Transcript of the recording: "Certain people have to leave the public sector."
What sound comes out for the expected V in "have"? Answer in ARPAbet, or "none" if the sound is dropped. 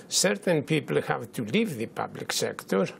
V